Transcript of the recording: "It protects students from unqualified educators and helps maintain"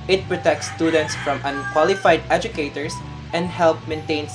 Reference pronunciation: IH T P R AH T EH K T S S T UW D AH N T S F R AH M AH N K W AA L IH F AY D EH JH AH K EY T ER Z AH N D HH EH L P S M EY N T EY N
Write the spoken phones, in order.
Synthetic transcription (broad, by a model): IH T P R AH T EH K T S S T UW D AH N T S F R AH M AH N K W AA L IH F AY D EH JH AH K EY T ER S AH N D HH EH L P M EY N T EY N